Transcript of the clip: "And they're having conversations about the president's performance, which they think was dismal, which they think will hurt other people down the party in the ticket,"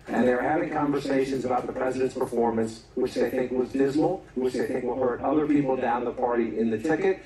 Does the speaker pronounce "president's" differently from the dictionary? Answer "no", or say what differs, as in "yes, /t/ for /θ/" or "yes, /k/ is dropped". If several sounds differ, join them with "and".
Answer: no